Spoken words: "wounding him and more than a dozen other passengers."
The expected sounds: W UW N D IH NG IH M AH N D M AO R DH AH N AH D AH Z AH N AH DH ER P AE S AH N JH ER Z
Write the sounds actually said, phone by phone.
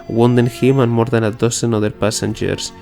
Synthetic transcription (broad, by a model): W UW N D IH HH IH M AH N M AO R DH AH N AH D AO S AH N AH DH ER P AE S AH N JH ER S